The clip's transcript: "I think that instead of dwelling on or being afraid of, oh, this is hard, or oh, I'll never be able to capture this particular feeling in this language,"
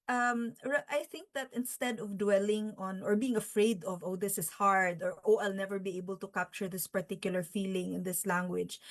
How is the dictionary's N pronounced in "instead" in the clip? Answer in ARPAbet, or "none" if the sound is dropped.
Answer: N